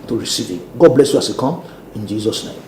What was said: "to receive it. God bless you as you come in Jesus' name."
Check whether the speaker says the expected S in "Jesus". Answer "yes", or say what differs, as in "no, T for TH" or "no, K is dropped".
yes